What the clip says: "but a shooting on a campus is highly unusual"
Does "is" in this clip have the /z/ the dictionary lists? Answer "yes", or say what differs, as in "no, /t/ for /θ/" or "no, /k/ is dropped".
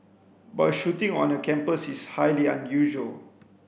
no, /s/ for /z/